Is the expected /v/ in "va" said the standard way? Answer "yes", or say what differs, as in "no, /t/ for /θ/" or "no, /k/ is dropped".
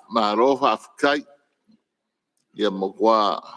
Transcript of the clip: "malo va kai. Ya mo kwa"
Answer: no, /f/ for /v/